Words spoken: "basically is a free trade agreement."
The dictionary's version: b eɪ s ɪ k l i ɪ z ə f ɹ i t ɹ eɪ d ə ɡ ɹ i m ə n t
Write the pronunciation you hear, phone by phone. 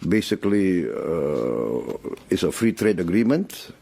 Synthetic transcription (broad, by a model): b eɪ s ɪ k l i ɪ s ə f ɹ i t ɹ eɪ d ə ɡ ɹ i m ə n t